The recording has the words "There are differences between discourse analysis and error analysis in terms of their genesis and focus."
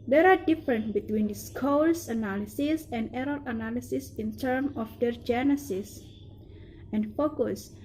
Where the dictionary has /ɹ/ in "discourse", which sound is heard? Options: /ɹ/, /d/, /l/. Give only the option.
/l/